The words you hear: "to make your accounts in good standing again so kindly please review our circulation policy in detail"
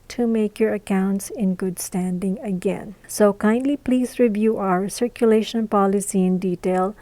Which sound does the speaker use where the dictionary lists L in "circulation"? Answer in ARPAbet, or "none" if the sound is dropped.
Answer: L